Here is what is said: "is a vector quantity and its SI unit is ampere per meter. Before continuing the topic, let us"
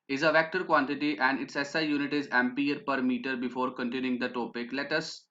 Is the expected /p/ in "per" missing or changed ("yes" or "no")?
no